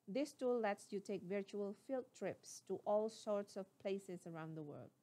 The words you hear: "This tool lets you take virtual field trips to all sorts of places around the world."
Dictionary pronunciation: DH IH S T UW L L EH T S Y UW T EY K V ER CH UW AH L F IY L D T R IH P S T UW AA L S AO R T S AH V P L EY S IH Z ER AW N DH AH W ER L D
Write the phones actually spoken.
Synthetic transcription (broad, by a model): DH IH S T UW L L EH T S Y UW T EY K V ER CH UW AH L F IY L T R IH P S T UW AA L S AO R T S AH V P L EY S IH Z ER AW N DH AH W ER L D